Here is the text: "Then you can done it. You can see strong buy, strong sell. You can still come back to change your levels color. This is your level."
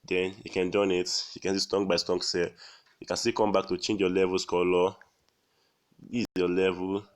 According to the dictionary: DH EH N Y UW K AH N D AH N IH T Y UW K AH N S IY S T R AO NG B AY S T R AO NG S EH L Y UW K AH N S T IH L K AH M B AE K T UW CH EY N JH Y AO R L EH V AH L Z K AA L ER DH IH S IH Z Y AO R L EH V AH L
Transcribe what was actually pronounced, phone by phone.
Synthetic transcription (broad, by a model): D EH N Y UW K AH N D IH N IH T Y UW K AH N S IY S T AO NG B AY S T AO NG S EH Y UW K AH N S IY K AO M B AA K T UW CH EY N JH Y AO L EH V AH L S K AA L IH IH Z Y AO L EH V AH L